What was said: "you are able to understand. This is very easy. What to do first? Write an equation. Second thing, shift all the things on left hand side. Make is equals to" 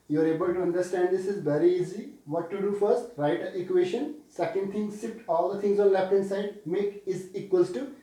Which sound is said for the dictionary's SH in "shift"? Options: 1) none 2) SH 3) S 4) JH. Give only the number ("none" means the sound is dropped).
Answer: 3